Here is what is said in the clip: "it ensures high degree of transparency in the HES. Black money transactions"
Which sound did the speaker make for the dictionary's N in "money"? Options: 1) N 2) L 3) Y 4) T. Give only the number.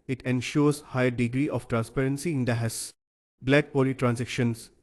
2